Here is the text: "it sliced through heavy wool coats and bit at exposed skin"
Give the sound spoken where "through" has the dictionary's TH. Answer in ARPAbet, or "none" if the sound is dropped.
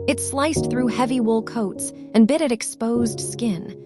TH